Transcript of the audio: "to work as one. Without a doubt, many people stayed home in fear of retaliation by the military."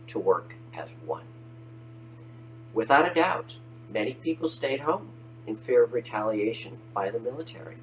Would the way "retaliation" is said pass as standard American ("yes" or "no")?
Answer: yes